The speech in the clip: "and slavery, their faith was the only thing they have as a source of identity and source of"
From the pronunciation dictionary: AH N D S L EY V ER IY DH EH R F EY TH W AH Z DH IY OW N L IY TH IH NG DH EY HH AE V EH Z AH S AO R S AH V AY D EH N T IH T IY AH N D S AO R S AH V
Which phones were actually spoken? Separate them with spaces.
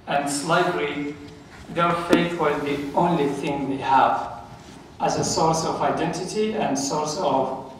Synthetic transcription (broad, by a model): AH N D S L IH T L IY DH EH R F EY TH W AH Z DH IY OW N L IY TH IH NG DH EY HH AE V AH Z AH S AO R S AH V AY D EH N T IH T IY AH N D S AO R S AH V